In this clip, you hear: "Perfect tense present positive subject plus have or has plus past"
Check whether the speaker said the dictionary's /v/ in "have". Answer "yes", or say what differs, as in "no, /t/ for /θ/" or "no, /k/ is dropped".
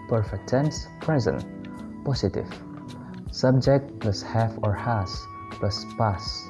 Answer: no, /f/ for /v/